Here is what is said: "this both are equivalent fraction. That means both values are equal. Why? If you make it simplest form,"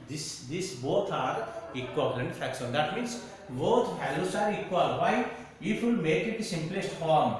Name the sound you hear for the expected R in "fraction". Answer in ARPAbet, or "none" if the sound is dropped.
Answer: none